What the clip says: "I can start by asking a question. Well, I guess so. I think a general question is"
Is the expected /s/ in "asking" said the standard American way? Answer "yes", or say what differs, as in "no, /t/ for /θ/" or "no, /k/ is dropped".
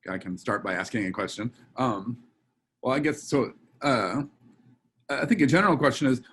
yes